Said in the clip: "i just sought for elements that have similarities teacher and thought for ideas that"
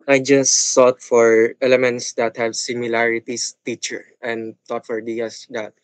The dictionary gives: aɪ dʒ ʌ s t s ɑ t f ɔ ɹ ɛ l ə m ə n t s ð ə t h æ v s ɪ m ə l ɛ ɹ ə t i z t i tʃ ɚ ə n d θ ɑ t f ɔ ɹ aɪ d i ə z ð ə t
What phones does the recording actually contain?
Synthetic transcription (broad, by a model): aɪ dʒ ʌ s s ɑ t f ɔ ɹ ɛ l ə m ə n t s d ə t h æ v s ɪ m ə l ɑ ɹ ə t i s t i tʃ ɚ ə n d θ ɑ t f ɔ ɹ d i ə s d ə t